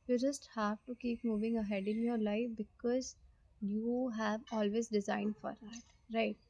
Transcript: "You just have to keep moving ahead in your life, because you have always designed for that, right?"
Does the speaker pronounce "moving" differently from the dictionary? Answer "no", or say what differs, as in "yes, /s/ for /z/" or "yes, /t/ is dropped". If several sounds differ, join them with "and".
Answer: no